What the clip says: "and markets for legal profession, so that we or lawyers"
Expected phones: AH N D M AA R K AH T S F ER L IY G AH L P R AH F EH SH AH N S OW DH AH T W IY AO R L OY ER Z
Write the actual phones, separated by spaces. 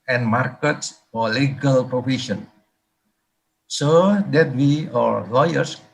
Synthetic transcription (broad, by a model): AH N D M AA R K AH T S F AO L IY G AH L P R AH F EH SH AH N S OW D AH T W IY AO R L OY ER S